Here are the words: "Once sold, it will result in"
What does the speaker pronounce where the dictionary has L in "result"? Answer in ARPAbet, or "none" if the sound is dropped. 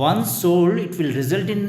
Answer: L